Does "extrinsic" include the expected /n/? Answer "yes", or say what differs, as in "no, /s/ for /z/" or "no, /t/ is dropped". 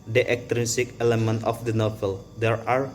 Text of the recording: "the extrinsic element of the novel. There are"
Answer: no, /n/ is dropped